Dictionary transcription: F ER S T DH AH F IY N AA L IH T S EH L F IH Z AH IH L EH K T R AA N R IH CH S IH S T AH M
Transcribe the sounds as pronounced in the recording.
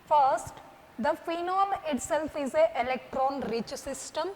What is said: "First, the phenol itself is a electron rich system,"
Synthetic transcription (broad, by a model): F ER S T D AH F IY N AA L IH T S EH L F IH Z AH IH L EH K T R AA N R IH CH S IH S T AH M